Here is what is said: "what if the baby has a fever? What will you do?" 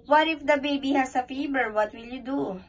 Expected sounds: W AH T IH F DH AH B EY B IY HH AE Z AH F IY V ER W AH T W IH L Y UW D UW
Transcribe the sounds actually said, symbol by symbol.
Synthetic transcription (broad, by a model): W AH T IH F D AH B EY B IY HH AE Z AH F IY B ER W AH T W IH L Y UW D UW